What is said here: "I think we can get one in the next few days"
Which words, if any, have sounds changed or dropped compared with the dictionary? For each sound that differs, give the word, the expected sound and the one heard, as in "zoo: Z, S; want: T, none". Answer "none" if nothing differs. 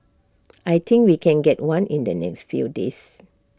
think: TH, T; days: Z, S